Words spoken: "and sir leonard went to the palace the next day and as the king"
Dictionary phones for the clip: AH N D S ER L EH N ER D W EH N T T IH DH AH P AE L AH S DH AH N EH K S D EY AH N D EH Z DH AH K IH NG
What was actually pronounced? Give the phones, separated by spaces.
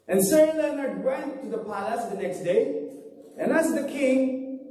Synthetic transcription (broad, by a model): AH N S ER L EH N ER D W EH N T T IH DH AH P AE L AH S DH AH N EH K S D EY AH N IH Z DH AH K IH NG